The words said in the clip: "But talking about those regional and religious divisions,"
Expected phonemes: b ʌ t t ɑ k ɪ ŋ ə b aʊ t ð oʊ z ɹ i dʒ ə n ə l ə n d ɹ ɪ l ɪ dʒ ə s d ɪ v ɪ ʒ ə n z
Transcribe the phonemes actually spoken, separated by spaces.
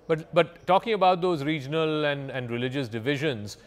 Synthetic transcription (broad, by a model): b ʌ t t ɑ k ɪ ŋ ə b aʊ t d oʊ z ɹ i dʒ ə l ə n ə n d ɹ ɪ l ɪ dʒ ə s d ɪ v ɪ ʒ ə n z